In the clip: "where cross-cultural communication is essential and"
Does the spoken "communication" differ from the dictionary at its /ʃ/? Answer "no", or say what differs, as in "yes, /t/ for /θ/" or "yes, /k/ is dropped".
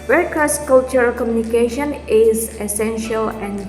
no